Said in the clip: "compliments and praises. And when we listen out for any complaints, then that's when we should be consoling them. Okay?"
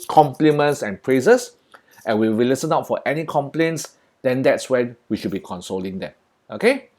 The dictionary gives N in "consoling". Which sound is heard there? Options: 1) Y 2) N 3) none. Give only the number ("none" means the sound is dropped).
2